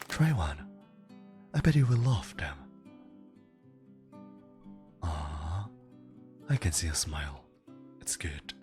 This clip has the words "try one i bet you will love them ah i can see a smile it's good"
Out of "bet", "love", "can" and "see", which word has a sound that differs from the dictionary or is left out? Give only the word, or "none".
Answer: love